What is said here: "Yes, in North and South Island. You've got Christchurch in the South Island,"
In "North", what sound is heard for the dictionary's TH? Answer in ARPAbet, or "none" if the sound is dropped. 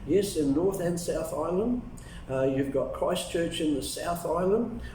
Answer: TH